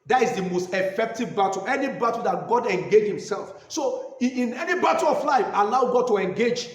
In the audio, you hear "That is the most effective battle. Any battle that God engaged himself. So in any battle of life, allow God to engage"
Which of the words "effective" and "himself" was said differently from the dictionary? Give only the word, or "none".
none